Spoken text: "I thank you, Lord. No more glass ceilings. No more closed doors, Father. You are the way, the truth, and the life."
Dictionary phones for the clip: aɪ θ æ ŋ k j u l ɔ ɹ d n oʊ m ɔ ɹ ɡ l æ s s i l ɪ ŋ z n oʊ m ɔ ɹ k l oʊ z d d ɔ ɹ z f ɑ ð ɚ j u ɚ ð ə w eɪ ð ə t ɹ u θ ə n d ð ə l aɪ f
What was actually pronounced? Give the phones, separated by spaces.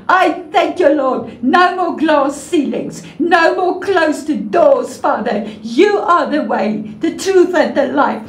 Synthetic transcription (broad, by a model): aɪ θ æ ŋ k j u l ɔ d n oʊ m ɔ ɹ ɡ l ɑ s s i l ɪ ŋ z n oʊ m ɔ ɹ k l oʊ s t d ɔ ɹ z f ɑ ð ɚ j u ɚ ð ə w eɪ ð ə t ɹ u θ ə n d ð ə l aɪ f